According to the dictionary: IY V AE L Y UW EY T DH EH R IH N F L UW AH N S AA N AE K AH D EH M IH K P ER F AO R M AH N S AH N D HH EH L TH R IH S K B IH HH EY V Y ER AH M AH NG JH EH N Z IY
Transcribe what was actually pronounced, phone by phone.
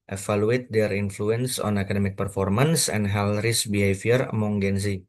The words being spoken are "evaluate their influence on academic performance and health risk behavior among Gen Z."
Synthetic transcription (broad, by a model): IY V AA L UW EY T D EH R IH N F L UW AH N S AA N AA K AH D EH M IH K P ER F AO R M AH N S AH N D HH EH L R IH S B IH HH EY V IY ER M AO NG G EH N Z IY